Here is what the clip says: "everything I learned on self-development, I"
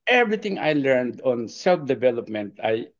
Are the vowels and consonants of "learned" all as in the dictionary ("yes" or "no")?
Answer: yes